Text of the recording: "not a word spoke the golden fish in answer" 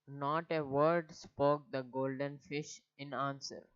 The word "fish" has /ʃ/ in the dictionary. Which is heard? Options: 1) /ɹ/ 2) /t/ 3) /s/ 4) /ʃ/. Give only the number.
4